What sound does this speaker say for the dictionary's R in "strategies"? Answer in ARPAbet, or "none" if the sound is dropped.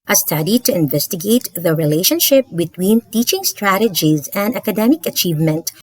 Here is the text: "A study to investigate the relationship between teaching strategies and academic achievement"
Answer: R